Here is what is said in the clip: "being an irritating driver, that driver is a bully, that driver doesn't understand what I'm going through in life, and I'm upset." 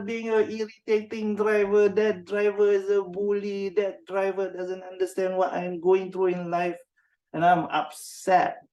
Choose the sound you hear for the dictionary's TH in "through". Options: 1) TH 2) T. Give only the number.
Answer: 2